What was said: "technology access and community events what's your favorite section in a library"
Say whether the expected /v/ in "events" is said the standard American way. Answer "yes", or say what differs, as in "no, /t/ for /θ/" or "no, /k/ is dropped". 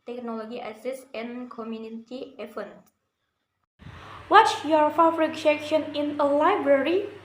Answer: no, /f/ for /v/